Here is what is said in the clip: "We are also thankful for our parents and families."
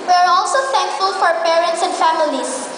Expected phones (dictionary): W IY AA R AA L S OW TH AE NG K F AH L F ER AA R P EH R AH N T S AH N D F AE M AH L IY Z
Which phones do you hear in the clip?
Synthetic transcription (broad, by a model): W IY AA R AA L S OW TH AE NG K F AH L F AA R P EH R AH N T S AH N D F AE M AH L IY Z